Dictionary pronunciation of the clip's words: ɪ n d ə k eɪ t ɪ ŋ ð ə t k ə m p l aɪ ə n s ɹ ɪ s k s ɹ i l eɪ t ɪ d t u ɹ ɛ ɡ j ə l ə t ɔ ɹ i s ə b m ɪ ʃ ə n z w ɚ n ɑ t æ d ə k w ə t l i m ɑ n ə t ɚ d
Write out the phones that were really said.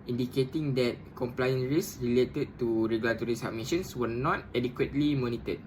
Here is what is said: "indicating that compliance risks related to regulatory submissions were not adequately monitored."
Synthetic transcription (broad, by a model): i n d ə k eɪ t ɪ ŋ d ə t k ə m p l aɪ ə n ɹ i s s ɹ i l eɪ t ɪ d t u ɹ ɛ ɡ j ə l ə t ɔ ɹ i s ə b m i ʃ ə n s w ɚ n ɑ t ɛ d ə k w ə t l i m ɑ n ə t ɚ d